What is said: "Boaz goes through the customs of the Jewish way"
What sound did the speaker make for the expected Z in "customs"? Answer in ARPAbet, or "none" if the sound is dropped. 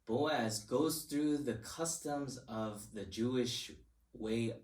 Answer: Z